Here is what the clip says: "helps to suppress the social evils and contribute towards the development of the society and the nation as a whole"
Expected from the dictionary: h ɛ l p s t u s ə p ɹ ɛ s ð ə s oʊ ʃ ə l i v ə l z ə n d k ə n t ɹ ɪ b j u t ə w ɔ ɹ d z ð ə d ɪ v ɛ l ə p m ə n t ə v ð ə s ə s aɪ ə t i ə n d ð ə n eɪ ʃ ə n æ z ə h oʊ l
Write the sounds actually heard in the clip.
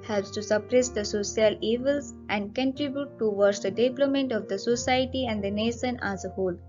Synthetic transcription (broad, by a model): h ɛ l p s t u s ə p ɹ ɛ s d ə s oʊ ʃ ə l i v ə l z ə n d k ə n t ɹ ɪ b j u t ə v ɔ ɹ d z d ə d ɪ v l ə m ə n t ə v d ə s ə s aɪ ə t i ə n d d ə n eɪ ʃ ə n æ z ə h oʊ l